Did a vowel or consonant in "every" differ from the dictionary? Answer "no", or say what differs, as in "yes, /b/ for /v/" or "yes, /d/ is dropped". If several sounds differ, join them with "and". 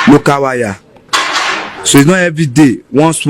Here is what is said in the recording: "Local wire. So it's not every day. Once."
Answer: yes, /ɹ/ is dropped